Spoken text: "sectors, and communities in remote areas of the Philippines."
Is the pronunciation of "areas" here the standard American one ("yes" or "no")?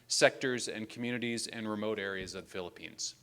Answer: yes